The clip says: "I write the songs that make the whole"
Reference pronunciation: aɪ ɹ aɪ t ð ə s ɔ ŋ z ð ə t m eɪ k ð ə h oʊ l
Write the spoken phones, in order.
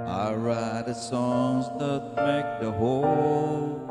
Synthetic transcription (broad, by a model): aɪ ɹ aɪ t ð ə s ɔ ŋ z ð ə t m eɪ k ð ə h oʊ l